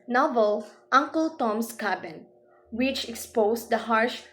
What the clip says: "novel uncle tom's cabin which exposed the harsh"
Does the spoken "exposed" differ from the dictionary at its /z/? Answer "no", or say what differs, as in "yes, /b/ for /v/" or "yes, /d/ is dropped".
yes, /s/ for /z/